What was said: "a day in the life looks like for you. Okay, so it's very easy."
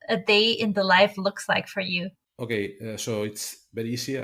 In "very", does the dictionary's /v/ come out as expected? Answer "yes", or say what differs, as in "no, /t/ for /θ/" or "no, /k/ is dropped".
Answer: no, /b/ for /v/